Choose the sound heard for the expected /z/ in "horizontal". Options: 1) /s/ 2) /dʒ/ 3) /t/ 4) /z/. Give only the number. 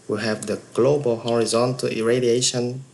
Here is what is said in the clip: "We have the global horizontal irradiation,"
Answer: 4